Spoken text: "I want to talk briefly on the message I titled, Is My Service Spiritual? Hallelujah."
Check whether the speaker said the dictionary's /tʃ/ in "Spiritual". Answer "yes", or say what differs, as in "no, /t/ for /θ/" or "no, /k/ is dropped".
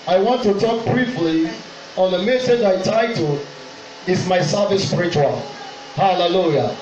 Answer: yes